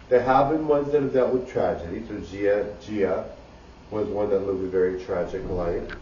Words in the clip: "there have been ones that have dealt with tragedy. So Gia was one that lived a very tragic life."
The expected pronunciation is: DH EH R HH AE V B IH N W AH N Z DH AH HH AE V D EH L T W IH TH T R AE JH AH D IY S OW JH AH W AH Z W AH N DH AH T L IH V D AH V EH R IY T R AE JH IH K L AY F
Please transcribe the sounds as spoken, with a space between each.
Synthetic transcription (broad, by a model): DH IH HH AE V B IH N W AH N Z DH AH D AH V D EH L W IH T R AE JH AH D IY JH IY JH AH W AH Z W AH N DH AH T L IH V AH V EH R IY T R AE JH IH K L AY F